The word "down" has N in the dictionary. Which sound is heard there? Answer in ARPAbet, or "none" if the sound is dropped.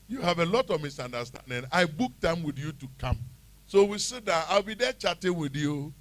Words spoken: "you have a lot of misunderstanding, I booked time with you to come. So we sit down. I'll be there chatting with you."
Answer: none